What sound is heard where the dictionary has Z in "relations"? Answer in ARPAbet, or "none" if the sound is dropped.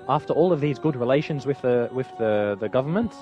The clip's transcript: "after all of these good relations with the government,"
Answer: Z